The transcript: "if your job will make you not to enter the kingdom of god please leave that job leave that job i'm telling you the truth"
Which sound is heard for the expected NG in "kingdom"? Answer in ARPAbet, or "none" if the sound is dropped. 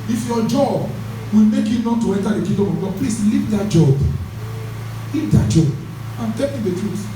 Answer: none